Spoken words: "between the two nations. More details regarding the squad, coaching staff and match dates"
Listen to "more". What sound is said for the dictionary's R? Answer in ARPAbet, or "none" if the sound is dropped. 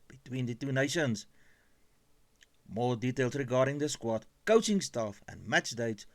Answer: L